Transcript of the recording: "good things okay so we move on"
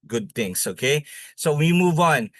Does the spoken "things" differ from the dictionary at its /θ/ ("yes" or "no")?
yes